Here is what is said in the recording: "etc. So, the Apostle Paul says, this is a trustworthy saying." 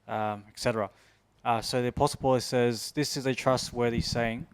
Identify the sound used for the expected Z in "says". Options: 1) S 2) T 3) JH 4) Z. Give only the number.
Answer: 4